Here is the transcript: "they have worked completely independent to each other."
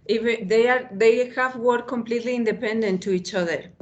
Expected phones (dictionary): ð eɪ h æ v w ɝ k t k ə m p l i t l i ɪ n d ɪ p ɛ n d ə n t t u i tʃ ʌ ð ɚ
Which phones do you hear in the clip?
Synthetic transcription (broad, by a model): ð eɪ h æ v w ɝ t k ə m p l i t l i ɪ n d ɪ p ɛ n d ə n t t u i tʃ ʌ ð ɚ